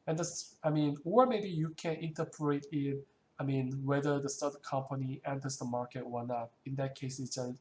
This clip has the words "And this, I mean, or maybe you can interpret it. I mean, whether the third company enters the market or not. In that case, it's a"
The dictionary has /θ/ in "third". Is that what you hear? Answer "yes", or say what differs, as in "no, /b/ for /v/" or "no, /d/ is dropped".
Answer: no, /t/ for /θ/